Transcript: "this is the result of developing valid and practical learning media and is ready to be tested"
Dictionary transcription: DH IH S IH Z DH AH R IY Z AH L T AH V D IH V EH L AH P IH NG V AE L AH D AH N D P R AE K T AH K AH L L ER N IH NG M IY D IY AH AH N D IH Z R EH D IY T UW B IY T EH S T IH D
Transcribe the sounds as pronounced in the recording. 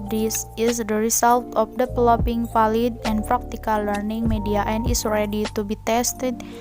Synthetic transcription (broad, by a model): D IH S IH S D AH R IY S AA L T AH F D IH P L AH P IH NG F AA L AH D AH N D P R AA K T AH K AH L L ER N IH NG M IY D IY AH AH N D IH S R EH D IY T UW B IY T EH S T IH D